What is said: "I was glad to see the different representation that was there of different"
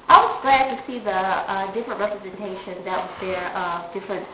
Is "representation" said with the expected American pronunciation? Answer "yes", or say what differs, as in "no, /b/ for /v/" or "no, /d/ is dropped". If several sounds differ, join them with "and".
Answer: yes